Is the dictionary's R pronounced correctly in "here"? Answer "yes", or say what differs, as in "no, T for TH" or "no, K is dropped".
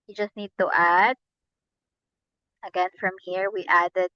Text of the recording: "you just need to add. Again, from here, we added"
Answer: yes